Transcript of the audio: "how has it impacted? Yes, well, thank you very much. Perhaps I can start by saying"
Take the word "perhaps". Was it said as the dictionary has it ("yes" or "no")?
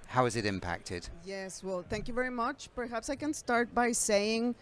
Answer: yes